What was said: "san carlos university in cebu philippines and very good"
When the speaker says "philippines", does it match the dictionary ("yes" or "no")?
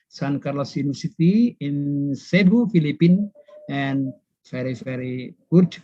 no